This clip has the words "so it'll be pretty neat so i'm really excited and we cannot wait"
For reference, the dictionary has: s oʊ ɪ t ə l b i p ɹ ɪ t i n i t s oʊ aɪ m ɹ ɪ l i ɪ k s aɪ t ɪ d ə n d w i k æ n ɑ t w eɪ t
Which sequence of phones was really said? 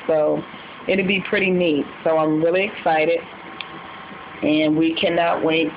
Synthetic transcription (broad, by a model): s oʊ ɪ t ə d b i p ɹ ɪ t i n i t s oʊ aɪ m ɹ ɪ l i ɪ k s aɪ t ɪ d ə n w i k æ n ɑ t w eɪ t